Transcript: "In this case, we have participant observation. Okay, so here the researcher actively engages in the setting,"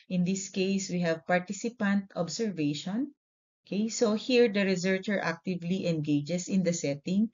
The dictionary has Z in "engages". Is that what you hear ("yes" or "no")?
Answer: no